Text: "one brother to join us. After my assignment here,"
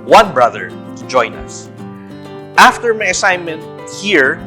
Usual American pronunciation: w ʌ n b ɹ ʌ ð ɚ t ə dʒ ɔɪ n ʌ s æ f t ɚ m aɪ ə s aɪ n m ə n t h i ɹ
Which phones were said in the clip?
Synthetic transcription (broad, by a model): w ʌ n b ɹ ʌ ð ɚ t ə dʒ ɔɪ n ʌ s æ f t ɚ m aɪ ə s aɪ n m ə n t h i ɹ